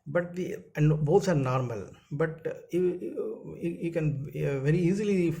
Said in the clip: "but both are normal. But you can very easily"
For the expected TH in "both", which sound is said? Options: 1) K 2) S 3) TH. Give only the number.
2